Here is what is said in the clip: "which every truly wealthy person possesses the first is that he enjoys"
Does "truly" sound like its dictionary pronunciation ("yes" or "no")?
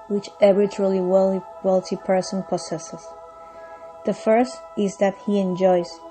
no